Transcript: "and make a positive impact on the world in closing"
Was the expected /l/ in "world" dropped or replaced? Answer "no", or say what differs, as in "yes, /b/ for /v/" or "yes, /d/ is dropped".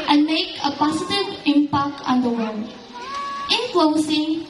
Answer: yes, /n/ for /l/